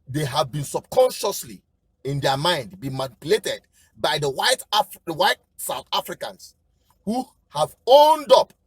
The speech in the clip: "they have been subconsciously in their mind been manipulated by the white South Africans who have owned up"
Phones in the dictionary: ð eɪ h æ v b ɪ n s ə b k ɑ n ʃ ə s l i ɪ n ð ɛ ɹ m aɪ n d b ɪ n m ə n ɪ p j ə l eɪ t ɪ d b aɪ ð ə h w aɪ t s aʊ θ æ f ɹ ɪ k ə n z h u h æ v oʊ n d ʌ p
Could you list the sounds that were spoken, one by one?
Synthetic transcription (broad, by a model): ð eɪ h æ v b ɪ n s ə b k ɑ n ʃ ə s l i ɪ n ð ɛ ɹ m aɪ n d b ɪ n m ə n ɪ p j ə l eɪ t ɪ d b aɪ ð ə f w aɪ t s aʊ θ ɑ f ɹ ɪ k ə n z h u h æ v oʊ n d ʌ p